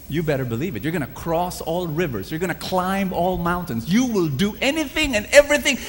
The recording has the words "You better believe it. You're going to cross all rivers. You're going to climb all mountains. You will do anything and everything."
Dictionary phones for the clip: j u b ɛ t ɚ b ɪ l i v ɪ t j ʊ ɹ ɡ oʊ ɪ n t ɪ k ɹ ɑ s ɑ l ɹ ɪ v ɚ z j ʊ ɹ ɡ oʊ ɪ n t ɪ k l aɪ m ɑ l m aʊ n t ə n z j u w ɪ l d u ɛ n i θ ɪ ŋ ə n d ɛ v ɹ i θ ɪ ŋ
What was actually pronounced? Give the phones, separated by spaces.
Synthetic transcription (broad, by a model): j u b ɛ t ɚ b ɪ l i v ɪ t j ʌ ɹ ɡ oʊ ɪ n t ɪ k ɹ ɑ s ɑ l ɹ ɪ v ɚ z j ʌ ɹ ɡ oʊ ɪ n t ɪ k l aɪ m ɑ l m aʊ n t ə n z j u w ɪ l d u ɛ n i θ ɪ ŋ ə n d ɛ v ɹ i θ ɪ ŋ